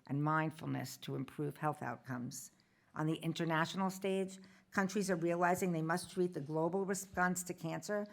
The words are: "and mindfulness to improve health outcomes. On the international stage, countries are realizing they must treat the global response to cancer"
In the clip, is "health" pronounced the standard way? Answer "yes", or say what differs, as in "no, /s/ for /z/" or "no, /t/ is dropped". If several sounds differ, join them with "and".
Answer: yes